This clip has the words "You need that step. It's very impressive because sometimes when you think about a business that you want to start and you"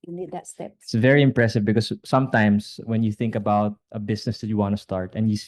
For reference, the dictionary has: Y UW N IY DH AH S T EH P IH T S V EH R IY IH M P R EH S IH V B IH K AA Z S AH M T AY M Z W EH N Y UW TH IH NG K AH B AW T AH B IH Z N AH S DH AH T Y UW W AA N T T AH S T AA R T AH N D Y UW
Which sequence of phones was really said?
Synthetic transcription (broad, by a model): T S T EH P IH T S V EH R IY IH M P R EH S IH V B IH K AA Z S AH M T AY M S W EH N Y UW TH IH NG K AH B AW T AH B IH S N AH S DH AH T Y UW W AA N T T AH S T AA R T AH N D Y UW